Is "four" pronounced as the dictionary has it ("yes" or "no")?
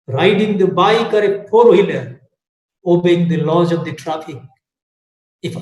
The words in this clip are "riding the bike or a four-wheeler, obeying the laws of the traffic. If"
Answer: no